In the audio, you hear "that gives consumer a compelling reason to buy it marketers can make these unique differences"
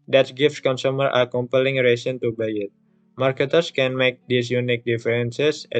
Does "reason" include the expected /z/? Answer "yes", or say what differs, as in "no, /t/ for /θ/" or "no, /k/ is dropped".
no, /s/ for /z/